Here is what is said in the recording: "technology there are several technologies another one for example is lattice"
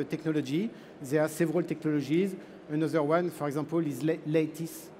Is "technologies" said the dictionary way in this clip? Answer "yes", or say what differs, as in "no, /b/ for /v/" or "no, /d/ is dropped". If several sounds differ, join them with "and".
no, /ʒ/ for /dʒ/